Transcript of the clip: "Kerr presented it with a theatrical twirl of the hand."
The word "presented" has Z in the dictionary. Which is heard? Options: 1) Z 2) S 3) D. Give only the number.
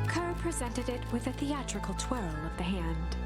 1